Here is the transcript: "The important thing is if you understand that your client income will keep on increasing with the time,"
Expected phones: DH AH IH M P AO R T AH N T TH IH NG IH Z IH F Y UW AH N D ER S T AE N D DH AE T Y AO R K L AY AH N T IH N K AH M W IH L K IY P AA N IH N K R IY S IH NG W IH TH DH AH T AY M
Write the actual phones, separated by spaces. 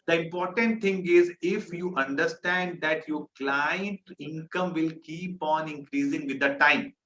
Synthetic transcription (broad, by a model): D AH IH M P AO R T AH N T T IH NG IH Z IH F Y UW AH N D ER S T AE N D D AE T Y AO R K L AY AH N T IH N K AH M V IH L K IY P AA N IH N K R IY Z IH NG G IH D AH T AY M